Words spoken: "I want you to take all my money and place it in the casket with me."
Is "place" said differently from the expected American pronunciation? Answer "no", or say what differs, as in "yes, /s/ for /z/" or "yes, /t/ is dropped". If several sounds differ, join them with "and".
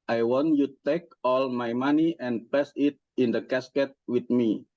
yes, /l/ is dropped